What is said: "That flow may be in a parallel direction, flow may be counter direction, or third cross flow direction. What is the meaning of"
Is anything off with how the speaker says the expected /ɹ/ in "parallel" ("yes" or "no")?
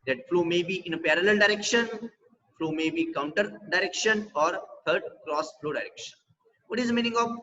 no